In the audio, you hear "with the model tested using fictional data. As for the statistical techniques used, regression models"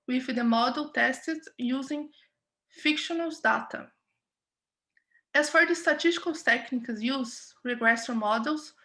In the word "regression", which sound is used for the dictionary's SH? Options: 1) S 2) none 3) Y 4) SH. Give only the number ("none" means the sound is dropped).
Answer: 1